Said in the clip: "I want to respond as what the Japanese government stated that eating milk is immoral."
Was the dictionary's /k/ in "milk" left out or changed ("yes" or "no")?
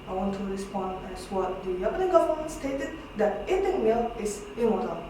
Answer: yes